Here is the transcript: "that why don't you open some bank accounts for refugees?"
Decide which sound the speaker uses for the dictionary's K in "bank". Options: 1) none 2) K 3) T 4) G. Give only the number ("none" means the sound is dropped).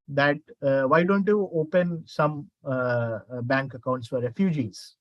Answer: 2